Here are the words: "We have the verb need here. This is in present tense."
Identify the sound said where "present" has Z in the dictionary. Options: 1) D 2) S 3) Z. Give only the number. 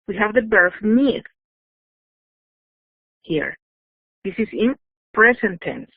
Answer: 2